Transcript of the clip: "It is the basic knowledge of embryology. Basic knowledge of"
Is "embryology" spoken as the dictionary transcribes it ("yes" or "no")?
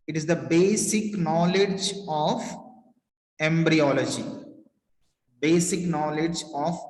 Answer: yes